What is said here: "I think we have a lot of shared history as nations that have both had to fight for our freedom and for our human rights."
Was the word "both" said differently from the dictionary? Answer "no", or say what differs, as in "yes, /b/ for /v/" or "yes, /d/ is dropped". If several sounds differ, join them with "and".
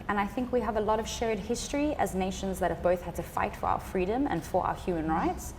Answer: no